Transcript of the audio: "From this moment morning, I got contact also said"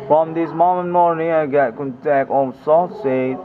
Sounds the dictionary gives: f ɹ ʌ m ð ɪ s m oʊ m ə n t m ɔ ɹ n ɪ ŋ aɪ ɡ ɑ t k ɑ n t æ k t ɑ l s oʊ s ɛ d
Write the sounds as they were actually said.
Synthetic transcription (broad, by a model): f ɹ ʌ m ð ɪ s m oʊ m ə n m ɔ ɹ n ɪ ŋ aɪ ɡ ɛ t k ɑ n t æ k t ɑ n s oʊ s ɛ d